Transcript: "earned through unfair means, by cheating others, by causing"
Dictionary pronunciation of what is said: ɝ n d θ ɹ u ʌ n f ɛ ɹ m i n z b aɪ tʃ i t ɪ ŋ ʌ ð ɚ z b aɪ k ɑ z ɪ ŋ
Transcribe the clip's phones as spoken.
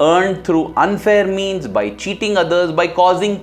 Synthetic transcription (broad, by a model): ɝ n d t ɹ u ʌ n f ɛ ɹ m i n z b aɪ tʃ i t ɪ ŋ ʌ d ɚ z b aɪ k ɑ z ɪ ŋ